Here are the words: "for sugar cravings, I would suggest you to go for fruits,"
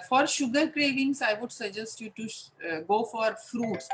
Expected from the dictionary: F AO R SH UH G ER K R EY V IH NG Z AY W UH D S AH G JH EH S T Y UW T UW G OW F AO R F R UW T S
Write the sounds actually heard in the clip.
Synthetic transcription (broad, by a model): F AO R SH UH G ER K R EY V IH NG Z AY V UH D S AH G JH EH S T Y UW T UW G OW F AO R F R UW T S